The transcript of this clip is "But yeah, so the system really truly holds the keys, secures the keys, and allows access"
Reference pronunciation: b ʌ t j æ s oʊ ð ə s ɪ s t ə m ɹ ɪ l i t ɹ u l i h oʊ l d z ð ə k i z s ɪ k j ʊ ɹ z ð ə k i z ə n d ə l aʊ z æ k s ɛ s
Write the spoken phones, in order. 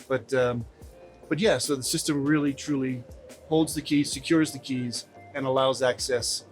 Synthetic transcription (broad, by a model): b ʌ t j æ s oʊ ð ə s ɪ s t ə m ɹ ɪ l i t ɹ u l i h oʊ l d z ð ə k i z s ɪ k j ʊ ɹ z ð ə k i z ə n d ə l aʊ z æ k s ɛ s